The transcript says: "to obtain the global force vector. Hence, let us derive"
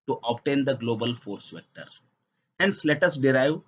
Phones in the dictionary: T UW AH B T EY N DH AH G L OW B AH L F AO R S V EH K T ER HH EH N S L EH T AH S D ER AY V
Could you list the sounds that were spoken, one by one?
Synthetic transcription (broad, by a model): T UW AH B T EY N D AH G L OW B AH L F AO R S V EH K T ER HH EH N S L EH T AH S D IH AY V